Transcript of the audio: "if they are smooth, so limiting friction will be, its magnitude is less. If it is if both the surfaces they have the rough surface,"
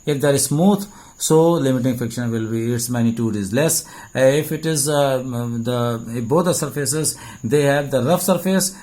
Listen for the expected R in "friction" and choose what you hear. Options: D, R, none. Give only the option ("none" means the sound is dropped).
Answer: none